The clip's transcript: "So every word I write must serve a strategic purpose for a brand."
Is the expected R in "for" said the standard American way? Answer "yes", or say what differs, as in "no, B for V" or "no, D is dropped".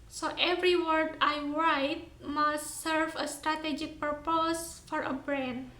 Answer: yes